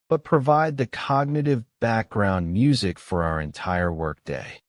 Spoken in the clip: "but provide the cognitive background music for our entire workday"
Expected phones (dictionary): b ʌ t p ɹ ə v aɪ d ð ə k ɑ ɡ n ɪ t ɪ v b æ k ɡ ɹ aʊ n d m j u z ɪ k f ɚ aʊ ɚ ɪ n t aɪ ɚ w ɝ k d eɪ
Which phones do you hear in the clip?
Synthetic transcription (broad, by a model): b ʌ t p ɹ ə v aɪ d ð ə k ɑ ɡ n ɪ t ɪ v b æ k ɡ ɹ aʊ n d m j u z ɪ k f ɚ aʊ ɚ ɪ n t aɪ ɚ w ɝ k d eɪ